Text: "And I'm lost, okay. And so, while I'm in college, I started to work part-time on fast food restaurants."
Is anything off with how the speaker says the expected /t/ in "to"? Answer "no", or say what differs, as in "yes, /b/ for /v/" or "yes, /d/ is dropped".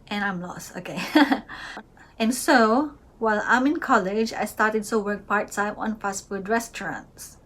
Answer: yes, /s/ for /t/